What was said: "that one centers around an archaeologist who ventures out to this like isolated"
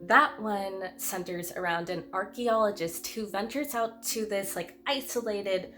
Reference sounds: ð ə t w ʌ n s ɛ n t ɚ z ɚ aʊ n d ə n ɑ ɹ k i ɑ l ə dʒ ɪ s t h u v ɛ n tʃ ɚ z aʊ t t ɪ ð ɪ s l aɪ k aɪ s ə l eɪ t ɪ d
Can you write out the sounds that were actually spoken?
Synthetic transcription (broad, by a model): ð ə t w ʌ n s ɛ n t ɚ z ɚ aʊ n d ə n ɑ ɹ k i ɑ l ə dʒ ɪ s t h u v ɛ n tʃ ɚ z aʊ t t ɪ ð ɪ s l aɪ k aɪ s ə l eɪ t ɪ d